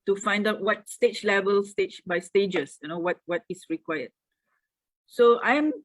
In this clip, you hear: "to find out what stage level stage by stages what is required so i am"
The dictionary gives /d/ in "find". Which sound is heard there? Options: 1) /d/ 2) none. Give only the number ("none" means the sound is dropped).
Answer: 1